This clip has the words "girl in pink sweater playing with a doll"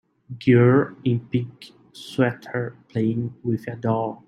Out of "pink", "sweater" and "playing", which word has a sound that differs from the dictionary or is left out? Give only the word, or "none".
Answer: pink